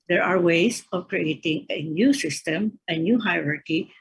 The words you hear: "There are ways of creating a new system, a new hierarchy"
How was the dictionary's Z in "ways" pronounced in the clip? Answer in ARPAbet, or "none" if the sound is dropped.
S